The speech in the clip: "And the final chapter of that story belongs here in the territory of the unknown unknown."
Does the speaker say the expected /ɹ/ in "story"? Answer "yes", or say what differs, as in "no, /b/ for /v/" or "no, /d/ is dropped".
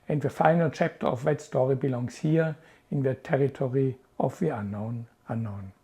yes